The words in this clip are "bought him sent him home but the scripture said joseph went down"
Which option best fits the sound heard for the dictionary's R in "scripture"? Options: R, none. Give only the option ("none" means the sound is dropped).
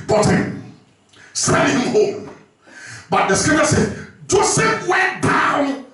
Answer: none